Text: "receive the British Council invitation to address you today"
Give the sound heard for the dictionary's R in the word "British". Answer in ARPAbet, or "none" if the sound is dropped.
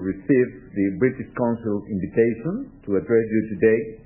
R